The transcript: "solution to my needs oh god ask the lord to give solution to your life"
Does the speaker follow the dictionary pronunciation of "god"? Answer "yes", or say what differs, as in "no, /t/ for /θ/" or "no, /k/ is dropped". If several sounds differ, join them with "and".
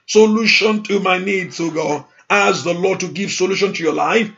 no, /d/ is dropped